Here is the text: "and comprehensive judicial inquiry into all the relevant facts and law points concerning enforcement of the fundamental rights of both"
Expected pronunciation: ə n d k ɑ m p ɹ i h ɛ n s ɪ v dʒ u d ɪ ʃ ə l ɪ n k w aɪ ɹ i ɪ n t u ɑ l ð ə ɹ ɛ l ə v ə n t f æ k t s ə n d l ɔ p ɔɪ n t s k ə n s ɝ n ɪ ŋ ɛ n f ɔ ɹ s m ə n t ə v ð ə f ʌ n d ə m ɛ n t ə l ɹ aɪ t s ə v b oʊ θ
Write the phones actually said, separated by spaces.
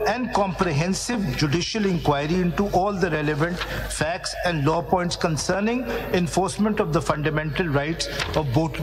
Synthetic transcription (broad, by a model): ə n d k ɑ m p ɹ i h ɛ n s ɪ v dʒ u d ɪ ʃ ə l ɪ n k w aɪ ɹ i ɪ n t u ɑ l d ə ɹ ɛ l ə v ə n t f æ k t s ə n d l ɔ p ɔɪ n t s k ə n s ɝ n ɪ ŋ ɛ n f ɔ ɹ s m ə n t ə v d ə f ʌ n d ə m ɛ n t ə l ɹ aɪ t s ə v b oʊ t